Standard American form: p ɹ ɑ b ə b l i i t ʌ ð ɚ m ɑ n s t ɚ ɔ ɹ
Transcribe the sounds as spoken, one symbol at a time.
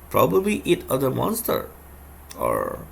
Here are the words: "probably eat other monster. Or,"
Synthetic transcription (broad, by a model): p ɹ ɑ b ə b l i i t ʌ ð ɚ m ɑ n s t ɚ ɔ ɹ